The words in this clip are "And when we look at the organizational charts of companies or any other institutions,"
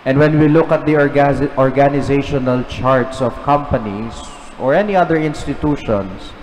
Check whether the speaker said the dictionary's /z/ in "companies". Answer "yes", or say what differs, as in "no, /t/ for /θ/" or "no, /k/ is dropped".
no, /s/ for /z/